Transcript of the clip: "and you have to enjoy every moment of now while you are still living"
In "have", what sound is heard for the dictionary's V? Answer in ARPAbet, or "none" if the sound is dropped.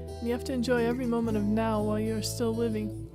F